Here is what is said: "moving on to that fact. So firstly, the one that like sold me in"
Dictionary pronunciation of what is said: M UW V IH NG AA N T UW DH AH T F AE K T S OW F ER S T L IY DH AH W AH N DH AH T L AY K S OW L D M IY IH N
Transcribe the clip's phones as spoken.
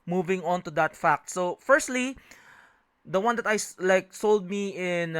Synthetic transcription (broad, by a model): M UW V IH NG AA N T UW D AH T F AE K T S OW F ER S T L IY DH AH W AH N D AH T L AY K S OW L D M IY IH N